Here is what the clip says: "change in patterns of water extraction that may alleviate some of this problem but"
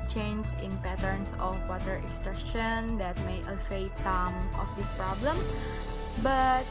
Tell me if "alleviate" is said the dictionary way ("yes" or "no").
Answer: no